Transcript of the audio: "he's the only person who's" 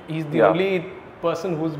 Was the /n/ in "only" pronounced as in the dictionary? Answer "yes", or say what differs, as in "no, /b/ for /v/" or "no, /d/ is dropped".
no, /n/ is dropped